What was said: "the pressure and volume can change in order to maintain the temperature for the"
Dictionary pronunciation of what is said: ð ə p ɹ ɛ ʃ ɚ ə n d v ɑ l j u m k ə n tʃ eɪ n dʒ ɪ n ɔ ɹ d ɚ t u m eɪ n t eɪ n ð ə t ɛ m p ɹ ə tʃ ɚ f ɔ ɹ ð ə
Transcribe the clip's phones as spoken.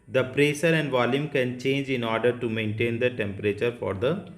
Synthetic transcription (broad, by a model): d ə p ɹ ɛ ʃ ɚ ə n d v ɑ l j u m k ə n tʃ eɪ n dʒ ɪ n ɔ ɹ d ɚ t u m eɪ n t eɪ n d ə t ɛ m p ɹ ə tʃ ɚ f ɔ ɹ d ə